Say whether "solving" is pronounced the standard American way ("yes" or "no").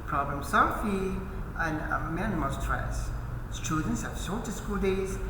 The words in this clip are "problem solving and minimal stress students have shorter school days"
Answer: no